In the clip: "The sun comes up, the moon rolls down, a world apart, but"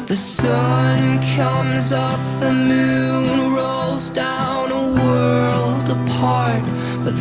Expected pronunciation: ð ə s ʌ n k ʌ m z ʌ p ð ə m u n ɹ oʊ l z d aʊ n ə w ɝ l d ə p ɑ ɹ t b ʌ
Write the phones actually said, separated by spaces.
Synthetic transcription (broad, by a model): ð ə s ʌ n k ʌ m z ʌ p ð ə m u n ɹ oʊ l z d aʊ n ə w ɝ l d ə p ɑ ɹ t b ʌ